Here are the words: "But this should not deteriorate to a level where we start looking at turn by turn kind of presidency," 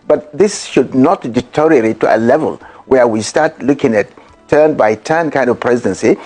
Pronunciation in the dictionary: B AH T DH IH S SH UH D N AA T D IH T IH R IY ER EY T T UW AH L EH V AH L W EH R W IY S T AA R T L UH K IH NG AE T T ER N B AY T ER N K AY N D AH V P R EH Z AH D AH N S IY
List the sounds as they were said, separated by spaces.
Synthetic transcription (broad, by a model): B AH T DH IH S SH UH D N AA T D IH T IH R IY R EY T T UW AH L EH V AH L W EH R W IY S T AA R T L UH K IH NG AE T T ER N B AY T ER N K AY N D AH V P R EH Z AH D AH N S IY